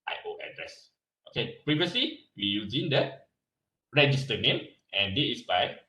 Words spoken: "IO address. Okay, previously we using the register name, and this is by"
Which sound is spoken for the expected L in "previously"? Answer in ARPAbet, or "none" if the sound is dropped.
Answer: L